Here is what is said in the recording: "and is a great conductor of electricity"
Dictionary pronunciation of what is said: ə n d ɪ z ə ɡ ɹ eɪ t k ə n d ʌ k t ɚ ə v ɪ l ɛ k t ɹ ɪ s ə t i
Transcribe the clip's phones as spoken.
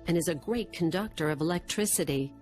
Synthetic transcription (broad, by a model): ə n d ɪ z ə ɡ ɹ eɪ t k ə n d ʌ k t ɚ ə v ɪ l ɛ k t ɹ ɪ s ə t i